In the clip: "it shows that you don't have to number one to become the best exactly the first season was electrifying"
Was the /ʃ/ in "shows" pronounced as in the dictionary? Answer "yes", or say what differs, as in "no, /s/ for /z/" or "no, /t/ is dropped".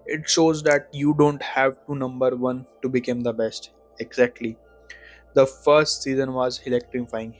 yes